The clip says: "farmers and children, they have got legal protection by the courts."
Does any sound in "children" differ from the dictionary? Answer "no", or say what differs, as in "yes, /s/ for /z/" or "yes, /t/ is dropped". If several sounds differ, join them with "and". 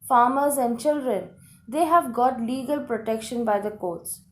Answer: no